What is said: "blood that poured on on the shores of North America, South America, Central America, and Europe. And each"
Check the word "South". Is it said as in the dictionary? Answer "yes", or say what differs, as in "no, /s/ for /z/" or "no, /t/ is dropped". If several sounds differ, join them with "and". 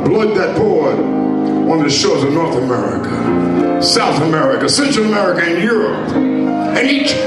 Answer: yes